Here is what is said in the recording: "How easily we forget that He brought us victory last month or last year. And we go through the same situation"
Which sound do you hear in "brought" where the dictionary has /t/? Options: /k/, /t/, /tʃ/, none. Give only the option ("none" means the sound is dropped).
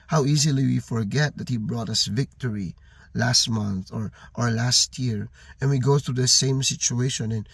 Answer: /t/